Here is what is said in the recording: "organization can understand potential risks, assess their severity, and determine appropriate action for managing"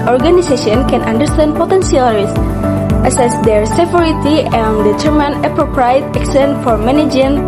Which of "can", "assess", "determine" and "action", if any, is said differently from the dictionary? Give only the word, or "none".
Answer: action